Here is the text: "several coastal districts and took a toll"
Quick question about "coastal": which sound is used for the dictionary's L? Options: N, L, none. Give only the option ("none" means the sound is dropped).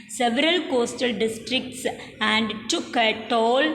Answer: L